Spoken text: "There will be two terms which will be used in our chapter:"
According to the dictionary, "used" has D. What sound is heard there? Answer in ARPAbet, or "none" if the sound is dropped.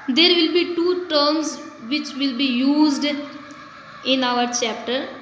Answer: D